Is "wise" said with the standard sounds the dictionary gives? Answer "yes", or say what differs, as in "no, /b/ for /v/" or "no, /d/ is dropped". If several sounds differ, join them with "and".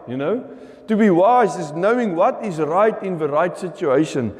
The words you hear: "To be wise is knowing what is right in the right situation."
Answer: yes